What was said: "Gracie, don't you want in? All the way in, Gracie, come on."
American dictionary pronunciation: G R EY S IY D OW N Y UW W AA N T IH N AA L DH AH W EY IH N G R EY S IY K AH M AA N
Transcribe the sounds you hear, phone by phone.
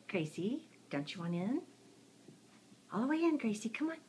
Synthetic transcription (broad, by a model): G R EY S IY D OW N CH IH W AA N IH N AA L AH W EY IH N G R EY S IY K AH M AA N